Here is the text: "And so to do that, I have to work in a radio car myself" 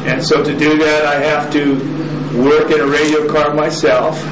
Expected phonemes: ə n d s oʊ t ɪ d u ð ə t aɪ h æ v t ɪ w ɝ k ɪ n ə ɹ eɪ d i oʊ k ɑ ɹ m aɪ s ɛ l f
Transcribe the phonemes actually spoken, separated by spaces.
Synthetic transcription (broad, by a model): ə n s oʊ t ɪ d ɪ ð ə t aɪ h æ f t ɪ w ɝ k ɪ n ə ɹ eɪ d i oʊ k ɑ ɹ m aɪ s ɛ l f